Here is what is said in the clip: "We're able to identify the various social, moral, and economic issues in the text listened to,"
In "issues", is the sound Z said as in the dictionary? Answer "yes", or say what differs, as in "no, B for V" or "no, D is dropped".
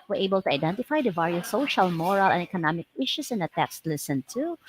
no, S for Z